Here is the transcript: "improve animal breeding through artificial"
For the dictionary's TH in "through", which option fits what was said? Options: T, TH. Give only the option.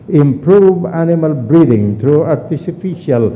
T